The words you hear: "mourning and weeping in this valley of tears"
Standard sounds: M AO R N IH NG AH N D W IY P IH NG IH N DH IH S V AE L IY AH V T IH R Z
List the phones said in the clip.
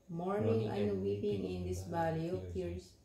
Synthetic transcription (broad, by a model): M AO R N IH NG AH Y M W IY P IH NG IH N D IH S B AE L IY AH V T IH R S